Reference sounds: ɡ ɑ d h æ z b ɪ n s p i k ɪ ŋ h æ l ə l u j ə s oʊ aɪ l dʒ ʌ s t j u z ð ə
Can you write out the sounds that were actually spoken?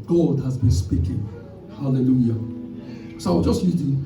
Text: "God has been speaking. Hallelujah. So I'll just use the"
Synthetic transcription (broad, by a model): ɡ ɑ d h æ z b ɪ n s p i k ɪ ŋ h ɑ l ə l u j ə s oʊ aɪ w dʒ ʌ s t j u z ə